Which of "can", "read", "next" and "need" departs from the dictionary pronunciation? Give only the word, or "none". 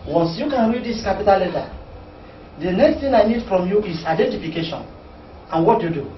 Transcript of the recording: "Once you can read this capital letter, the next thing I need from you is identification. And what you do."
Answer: none